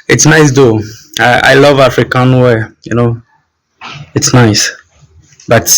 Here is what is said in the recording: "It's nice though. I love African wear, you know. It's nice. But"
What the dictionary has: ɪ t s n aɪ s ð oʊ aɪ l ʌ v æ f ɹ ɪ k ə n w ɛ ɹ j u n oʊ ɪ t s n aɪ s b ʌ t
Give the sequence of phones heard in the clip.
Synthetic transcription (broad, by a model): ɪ t s n aɪ s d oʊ aɪ l ʌ v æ f ɹ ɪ k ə n w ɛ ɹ j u n oʊ ɪ t s n aɪ s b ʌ t